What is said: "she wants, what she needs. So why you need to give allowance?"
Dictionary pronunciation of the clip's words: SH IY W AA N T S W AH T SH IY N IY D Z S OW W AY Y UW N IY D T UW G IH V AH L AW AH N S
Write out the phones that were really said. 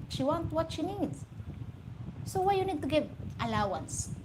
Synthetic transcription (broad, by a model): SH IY W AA N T W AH T SH IY N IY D S OW W AY Y UW N IY D T UW G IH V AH L AW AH N S